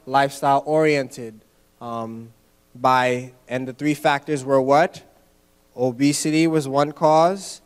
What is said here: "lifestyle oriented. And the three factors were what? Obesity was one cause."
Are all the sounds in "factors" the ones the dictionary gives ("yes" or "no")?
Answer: yes